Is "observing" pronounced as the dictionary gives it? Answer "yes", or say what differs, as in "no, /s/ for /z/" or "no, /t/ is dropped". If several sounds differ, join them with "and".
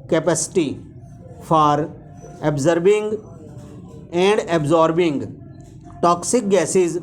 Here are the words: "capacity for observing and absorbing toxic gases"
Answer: no, /b/ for /v/